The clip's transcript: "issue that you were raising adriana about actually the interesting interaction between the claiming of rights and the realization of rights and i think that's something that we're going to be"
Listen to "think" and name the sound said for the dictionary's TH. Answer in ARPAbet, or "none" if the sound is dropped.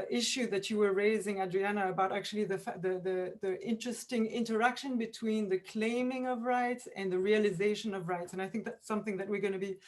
TH